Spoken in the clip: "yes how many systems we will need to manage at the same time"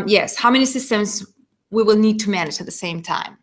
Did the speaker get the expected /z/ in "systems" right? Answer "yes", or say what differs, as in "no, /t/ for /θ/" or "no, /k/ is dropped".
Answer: yes